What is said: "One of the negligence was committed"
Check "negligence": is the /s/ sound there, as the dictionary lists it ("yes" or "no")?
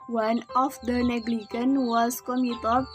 no